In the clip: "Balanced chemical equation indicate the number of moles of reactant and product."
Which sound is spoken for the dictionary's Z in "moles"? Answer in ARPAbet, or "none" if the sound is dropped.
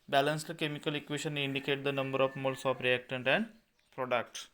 S